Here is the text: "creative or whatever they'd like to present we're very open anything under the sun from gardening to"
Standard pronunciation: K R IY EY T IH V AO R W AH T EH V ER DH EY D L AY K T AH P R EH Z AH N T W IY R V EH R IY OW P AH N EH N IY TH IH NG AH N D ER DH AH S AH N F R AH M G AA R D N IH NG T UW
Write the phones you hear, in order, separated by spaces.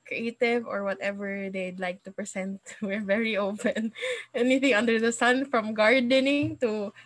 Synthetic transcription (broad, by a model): K R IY EY T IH V AO R W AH T EH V ER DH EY D L AY K T AH P R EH S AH N T W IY R V EH R IY OW P AH N EH N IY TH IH NG AH N D ER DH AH S AH N F R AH M G AA R D N IH NG T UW